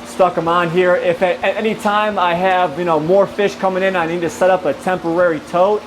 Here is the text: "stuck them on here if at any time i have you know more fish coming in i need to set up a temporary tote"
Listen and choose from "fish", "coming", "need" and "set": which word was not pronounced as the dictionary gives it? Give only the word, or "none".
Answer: none